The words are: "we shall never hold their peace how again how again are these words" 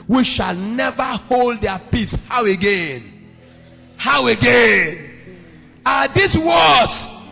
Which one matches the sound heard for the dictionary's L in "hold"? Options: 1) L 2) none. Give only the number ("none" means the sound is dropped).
1